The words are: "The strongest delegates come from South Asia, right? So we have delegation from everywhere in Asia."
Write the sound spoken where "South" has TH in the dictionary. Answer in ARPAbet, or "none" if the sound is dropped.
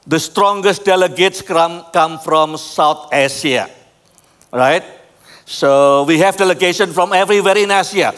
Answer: T